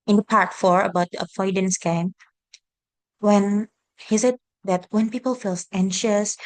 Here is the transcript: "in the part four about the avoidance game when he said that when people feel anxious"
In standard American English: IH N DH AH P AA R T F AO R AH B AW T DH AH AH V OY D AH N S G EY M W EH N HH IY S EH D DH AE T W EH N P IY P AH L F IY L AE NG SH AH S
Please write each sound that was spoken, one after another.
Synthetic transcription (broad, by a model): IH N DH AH P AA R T F AO R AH B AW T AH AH F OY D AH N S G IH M W EH N HH IY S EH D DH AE T W EH N P IY P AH L F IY L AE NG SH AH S